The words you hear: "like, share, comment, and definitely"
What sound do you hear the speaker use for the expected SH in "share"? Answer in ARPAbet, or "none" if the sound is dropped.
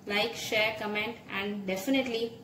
SH